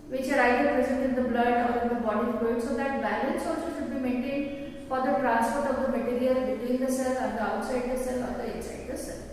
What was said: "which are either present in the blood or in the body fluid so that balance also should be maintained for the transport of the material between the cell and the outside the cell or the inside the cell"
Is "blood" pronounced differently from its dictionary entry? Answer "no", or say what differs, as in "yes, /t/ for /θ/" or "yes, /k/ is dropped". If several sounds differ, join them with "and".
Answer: no